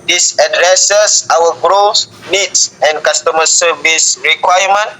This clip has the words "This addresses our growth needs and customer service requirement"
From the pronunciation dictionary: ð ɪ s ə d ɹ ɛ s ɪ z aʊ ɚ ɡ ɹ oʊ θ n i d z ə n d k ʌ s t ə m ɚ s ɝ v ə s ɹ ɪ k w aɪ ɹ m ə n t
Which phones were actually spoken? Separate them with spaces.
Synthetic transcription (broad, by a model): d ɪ s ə d ɹ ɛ s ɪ s aʊ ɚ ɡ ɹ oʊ s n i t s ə n k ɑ s t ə m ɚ s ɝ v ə s ɹ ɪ k w aɪ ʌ m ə n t